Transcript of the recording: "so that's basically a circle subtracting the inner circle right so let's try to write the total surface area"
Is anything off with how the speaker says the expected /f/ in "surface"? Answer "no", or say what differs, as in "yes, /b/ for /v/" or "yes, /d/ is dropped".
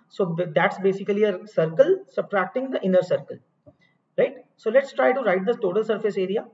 no